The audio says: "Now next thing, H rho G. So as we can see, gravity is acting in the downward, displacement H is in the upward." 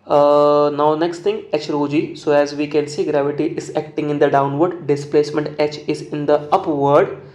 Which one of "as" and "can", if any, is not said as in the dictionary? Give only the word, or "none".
none